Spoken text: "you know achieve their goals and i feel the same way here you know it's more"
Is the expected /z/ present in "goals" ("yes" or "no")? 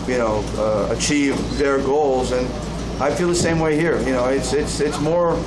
yes